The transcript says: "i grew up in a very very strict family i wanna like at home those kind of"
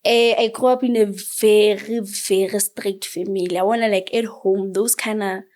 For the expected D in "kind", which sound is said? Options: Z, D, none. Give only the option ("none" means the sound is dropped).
none